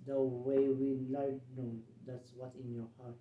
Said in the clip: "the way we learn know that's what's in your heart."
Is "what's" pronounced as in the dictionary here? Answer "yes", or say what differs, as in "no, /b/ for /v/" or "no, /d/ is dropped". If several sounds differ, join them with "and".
no, /s/ is dropped